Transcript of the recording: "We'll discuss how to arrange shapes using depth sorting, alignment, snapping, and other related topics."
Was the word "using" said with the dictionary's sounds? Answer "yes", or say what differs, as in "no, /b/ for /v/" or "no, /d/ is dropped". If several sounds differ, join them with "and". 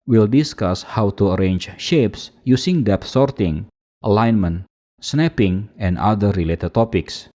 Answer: no, /s/ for /z/